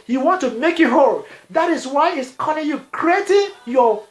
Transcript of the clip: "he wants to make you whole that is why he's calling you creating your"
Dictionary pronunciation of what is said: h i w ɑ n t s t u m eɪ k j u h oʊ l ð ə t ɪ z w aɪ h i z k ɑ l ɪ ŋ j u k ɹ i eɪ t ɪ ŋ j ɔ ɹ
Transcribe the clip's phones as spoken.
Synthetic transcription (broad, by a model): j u w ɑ n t t u m eɪ k j u h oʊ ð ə t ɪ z w aɪ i s k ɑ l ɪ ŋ j u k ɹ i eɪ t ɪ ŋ j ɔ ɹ